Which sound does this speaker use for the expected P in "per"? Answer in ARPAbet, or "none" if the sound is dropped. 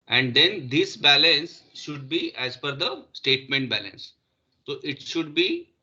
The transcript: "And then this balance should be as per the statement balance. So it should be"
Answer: F